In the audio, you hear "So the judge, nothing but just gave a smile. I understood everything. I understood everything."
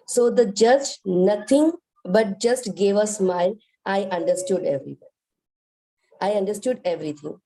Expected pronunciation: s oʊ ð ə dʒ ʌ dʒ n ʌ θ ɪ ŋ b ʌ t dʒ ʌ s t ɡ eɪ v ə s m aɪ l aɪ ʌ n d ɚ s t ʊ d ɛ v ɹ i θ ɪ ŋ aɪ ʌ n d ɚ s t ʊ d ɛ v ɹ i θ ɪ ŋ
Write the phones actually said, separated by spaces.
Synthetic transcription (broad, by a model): s oʊ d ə dʒ ʌ dʒ n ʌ t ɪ ŋ b ʌ t dʒ ʌ s t ɡ eɪ v ə s m aɪ n aɪ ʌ n d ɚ s t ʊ d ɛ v ɹ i aɪ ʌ n d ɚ s t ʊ d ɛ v ɹ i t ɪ ŋ